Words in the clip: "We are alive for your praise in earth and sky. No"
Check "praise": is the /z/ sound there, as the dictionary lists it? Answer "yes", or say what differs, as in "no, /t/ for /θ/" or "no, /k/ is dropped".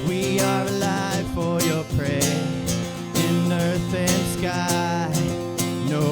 no, /z/ is dropped